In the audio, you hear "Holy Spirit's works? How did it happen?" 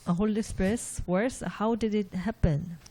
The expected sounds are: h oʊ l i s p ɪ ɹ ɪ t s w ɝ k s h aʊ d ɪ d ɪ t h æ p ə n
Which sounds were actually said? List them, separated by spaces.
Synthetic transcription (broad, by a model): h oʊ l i s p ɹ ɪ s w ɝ s h aʊ d ɪ d ɪ t h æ p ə n